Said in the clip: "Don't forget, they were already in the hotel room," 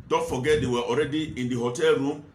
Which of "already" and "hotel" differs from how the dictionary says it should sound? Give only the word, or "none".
none